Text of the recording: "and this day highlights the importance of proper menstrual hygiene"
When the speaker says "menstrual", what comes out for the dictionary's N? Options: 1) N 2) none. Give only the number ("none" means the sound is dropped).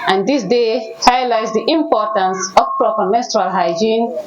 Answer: 2